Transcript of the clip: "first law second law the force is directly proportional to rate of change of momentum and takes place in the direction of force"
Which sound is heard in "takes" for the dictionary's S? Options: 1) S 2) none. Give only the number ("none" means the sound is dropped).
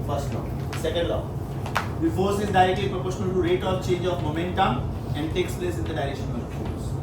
1